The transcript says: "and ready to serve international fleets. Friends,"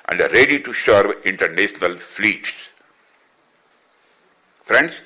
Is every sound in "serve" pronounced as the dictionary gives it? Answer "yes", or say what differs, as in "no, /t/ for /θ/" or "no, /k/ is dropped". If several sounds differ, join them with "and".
no, /ʃ/ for /s/